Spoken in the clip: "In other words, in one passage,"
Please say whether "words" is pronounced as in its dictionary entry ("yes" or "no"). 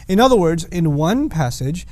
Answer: yes